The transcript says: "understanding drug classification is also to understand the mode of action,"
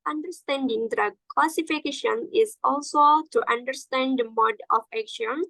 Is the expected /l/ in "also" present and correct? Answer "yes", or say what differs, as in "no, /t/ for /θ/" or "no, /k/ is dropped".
yes